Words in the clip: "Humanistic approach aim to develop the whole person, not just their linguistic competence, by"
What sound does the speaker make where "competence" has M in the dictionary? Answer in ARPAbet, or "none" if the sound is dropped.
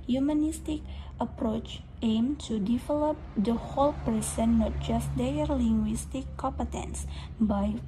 M